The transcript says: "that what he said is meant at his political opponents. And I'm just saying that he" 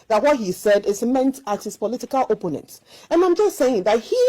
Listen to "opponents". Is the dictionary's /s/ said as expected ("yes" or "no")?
no